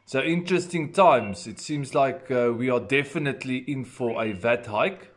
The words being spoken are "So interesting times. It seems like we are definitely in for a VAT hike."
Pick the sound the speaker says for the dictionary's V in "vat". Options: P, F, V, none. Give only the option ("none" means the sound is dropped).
V